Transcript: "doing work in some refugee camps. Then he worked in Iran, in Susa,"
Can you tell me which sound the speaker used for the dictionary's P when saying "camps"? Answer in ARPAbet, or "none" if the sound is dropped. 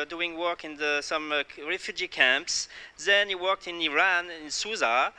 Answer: P